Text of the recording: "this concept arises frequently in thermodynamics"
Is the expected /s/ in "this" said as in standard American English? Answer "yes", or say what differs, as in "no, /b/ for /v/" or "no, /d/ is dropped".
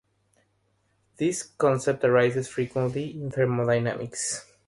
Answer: yes